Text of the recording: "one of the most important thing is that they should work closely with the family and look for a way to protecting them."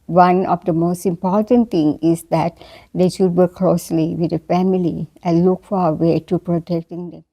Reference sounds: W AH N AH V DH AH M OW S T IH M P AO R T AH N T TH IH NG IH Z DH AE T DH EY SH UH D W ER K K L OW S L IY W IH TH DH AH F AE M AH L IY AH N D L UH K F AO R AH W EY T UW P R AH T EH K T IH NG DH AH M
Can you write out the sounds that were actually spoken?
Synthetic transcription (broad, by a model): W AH N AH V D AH M OW S T IH M P AO R T AH N T T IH NG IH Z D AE T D EY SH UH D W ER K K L OW S L IY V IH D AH F AE M AH L IY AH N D L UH K F AO R AH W EY T UW P R AH T EH K T IH NG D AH M